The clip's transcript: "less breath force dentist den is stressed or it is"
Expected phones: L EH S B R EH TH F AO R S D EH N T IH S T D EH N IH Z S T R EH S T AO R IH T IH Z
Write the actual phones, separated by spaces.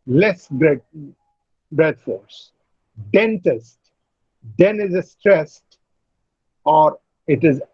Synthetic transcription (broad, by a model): L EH S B R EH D F AO R S D EH N T IH S T D EH N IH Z S T R EH S T AO R IH T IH Z